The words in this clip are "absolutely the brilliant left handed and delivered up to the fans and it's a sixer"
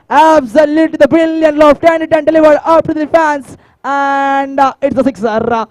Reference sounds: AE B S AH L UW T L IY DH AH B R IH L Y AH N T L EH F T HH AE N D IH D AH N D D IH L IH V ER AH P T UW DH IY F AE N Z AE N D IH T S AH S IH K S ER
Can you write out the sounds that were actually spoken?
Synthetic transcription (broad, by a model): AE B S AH L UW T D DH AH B IH L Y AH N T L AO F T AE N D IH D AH N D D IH L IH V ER AH P T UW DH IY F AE N S AE N D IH T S AH S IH K S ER